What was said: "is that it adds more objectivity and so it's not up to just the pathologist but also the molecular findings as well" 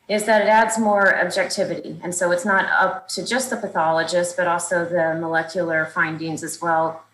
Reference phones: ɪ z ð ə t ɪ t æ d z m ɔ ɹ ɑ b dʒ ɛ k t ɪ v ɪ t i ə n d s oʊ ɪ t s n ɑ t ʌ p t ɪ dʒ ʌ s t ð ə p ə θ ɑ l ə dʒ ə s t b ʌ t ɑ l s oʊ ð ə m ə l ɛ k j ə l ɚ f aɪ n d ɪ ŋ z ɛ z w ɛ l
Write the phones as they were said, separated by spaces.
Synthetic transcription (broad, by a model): ɪ z ð ə t ɪ t æ d z m ɔ ɹ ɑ b dʒ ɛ k t ɪ v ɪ t i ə n s oʊ ɪ t s n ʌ t ʌ p t ɪ dʒ ʌ s t ð ə p ə θ ɑ l ə dʒ ə s t b ʌ t ɑ l s oʊ ð ə m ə l ɛ k j l ɚ f aɪ n d ɪ ŋ z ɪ z w ɛ l